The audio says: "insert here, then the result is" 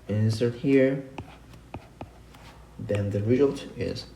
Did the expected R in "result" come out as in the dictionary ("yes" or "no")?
yes